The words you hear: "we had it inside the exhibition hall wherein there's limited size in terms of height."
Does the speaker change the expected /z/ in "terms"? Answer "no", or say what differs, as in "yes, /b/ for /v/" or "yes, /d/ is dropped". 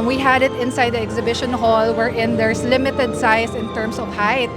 yes, /s/ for /z/